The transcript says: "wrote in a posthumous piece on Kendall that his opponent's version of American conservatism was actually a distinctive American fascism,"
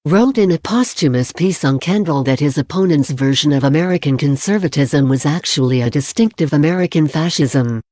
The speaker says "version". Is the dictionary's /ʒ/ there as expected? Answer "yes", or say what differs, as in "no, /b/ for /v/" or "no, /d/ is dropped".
yes